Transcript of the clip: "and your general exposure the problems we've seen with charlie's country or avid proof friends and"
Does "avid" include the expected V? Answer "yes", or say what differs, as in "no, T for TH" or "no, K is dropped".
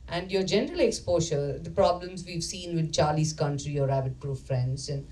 no, B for V